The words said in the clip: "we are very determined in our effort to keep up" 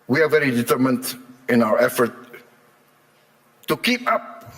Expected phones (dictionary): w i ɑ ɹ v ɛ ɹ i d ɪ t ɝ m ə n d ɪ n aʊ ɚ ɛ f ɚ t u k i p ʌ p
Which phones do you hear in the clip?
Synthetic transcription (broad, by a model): w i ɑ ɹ v ɛ ɹ i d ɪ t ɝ m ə n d ɪ n aʊ ɚ ɛ f ɚ t u k i p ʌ p